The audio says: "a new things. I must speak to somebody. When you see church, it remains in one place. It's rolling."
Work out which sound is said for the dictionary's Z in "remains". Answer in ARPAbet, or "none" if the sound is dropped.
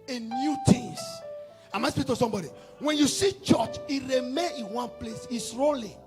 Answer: none